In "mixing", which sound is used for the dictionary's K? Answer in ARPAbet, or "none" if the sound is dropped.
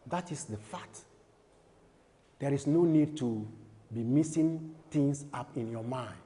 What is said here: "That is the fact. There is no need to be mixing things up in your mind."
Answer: none